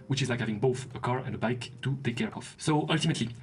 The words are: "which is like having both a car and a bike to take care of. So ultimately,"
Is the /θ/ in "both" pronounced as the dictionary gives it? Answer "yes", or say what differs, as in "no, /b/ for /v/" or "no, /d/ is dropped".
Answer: yes